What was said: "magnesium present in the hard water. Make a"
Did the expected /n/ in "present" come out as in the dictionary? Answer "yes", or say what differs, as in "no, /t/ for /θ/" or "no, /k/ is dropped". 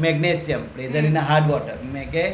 no, /n/ is dropped